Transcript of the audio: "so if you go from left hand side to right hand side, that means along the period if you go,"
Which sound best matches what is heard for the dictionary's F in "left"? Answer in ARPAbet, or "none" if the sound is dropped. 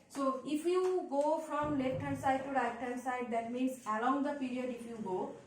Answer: none